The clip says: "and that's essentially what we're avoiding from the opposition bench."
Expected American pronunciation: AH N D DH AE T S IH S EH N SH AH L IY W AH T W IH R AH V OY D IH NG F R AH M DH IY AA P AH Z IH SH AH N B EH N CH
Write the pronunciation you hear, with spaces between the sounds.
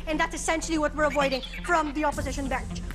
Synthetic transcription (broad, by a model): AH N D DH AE T S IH S EH N SH L IY W AH T W IH R AH V OY D IH NG F R AH M DH IY AA P AH Z IH SH AH N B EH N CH